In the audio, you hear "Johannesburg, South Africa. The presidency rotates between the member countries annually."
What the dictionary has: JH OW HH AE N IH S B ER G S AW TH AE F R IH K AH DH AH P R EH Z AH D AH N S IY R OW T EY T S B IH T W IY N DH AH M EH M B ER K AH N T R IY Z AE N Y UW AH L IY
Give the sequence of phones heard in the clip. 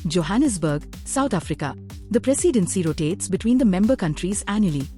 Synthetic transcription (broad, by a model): JH OW HH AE N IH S B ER G S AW T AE F R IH K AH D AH P R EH S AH D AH N S IY R OW T EY T S B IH T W IY N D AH M EH M B ER K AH N T R IY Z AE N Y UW L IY